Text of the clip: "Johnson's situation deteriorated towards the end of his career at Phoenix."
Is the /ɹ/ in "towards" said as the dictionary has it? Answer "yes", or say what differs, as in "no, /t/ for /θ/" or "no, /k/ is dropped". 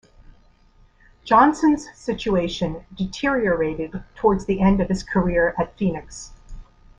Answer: yes